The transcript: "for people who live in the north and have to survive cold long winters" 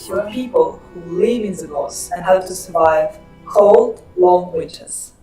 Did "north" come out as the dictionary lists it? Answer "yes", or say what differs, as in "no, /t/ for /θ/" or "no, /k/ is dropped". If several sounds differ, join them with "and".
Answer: no, /l/ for /n/